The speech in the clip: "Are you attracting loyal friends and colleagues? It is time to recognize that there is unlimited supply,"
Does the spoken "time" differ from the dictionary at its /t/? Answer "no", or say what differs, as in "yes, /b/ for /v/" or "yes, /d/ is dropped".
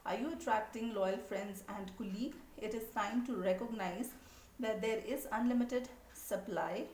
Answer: yes, /s/ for /t/